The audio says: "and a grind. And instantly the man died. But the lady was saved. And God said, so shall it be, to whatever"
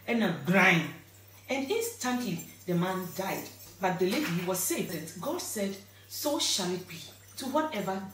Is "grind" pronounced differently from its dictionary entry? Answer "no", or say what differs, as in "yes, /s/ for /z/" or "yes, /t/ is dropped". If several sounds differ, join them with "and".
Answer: yes, /d/ is dropped